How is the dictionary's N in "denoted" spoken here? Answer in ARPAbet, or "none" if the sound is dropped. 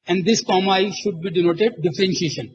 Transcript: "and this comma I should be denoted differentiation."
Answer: N